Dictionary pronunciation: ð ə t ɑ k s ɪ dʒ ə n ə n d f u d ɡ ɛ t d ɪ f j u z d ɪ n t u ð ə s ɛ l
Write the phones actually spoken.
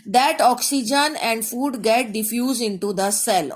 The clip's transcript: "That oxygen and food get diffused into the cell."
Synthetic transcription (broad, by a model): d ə t ɑ k s ɪ dʒ ə n ə n d f u d ɡ ɛ t d ɪ f j u z d ɪ n t u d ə s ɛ l